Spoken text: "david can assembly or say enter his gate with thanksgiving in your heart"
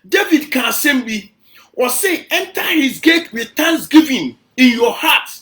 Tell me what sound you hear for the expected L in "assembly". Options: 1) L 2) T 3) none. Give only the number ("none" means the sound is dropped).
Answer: 3